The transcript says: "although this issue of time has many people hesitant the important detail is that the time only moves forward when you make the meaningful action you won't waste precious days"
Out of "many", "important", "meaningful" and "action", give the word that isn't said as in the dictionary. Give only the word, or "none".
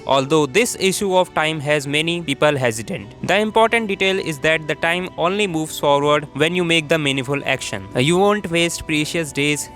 meaningful